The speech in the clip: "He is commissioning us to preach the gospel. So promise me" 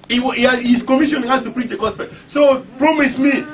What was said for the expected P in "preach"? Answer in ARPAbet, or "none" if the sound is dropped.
F